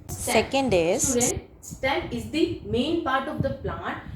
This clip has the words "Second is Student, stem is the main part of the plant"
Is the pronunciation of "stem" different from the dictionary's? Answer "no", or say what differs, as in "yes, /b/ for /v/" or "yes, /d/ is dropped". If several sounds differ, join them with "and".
yes, /m/ is dropped